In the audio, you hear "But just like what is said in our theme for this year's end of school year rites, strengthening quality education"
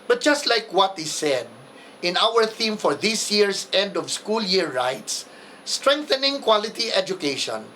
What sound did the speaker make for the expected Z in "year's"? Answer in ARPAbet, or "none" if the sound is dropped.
S